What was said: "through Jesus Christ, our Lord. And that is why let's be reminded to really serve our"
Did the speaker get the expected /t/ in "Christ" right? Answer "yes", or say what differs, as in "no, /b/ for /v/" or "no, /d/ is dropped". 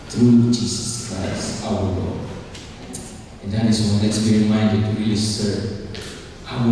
no, /t/ is dropped